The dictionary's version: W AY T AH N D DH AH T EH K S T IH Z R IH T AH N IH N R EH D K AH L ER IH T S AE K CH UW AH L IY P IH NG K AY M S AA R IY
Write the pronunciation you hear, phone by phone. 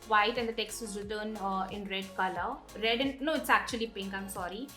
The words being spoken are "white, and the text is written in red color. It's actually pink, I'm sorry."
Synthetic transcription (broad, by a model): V AY T AH N D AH T EH K S T IH Z R IH T AH N IH N R EH D K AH L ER IH T S AE K CH UW AH L IY P IH NG K AY M S AA R IY